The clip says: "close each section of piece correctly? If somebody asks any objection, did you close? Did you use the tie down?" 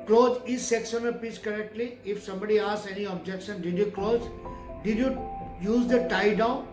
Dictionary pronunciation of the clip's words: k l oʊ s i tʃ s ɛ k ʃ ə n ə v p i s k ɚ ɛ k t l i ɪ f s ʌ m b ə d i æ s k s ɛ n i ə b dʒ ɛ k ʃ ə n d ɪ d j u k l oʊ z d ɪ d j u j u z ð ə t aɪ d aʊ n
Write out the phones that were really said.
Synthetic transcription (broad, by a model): k l oʊ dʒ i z s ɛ k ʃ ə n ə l p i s k ɚ ɛ k t l i ɪ f s ʌ m b ə d i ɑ s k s ɛ n i ə b dʒ ɛ k ʃ ə n d ɪ d j u k l oʊ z d ɪ d j u j u z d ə t aɪ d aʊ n